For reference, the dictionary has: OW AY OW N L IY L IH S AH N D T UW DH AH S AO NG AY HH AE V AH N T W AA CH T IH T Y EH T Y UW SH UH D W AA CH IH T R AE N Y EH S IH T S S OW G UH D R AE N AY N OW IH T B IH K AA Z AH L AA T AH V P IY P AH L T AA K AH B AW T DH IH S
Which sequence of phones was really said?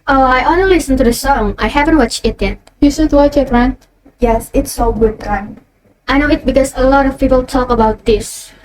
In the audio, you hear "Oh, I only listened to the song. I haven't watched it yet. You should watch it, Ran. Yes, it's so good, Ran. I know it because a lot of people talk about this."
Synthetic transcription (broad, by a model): OW AY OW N IY L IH S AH N T UW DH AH S AO NG AY HH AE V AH N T W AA CH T IH T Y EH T Y UW S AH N W AA CH IH T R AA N Y EH S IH T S S OW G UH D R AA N AY N OW IH T B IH K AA S AH L AA T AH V P IY P AH L T AA K AH B AW T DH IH S